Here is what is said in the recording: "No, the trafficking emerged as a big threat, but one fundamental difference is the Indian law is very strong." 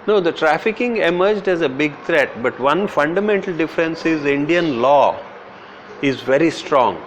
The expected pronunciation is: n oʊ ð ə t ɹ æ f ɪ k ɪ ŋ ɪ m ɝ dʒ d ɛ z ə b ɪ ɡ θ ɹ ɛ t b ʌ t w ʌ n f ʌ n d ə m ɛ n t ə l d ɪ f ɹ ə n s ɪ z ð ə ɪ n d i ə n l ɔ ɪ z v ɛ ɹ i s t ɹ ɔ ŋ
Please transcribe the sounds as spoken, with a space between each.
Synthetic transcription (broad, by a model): n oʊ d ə t ɹ æ f ɪ k ɪ ŋ ɪ m ɝ dʒ d ɛ z ə b ɪ ɡ t ɹ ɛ t b ʌ t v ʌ n f ʌ n d ə m ɛ n t ə l d ɪ f ɹ ə n s ɪ z ɪ n d i ə n l ɔ ɪ z v ɛ ɹ i s t ɹ ɔ ŋ